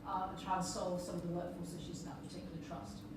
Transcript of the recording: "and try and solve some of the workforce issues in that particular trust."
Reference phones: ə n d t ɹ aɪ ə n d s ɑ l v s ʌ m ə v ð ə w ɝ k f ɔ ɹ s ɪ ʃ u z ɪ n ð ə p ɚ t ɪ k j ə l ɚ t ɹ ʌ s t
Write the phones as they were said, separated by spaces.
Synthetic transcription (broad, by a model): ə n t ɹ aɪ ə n s ɑ l v s ʌ m ə v ð ə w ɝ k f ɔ l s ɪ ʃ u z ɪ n ð ə p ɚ t ɪ k j l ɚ t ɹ ʌ s t